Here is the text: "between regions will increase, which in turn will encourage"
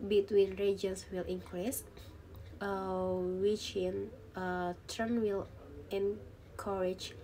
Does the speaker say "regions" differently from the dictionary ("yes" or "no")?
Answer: yes